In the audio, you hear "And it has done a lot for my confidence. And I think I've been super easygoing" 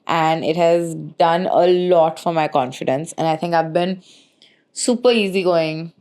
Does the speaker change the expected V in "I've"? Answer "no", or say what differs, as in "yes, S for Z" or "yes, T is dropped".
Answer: no